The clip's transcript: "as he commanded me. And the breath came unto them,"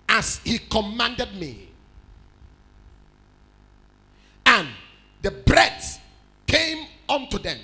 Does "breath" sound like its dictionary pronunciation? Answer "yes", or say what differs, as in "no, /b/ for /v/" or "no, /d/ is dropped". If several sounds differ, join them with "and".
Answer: no, /s/ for /θ/